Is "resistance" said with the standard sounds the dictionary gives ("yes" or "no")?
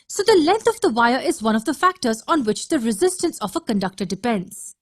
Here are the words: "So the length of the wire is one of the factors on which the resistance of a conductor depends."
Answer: yes